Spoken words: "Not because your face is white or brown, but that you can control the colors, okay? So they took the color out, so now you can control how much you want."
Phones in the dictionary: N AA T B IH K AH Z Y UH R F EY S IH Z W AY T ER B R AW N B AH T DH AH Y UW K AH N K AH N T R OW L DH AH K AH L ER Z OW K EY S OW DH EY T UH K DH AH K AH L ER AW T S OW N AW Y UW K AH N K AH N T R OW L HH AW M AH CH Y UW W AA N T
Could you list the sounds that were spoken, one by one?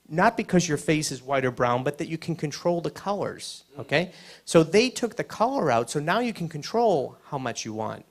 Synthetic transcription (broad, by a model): N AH T B IH K AH Z Y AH R F EY S IH Z W AY T ER B R AW N B AH T DH AH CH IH K N K AH N T R OW L DH AH K AH L ER Z OW K EY S OW DH EY T UH K DH AH K AH L ER AW T S OW N AW Y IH K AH N K AH N T R OW L HH AW M AH CH Y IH W AA N T